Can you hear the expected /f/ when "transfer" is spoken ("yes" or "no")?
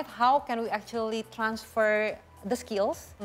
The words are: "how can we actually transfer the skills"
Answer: yes